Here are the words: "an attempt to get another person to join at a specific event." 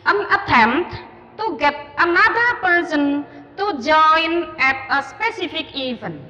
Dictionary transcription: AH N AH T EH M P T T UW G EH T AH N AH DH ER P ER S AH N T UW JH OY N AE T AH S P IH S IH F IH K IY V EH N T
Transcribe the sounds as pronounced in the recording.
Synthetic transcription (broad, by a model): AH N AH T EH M T T UW G EH T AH N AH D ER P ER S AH N T UW JH OY N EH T AH S P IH S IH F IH K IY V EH N